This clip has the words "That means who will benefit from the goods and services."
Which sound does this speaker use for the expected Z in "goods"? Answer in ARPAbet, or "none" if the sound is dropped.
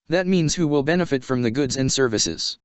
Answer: Z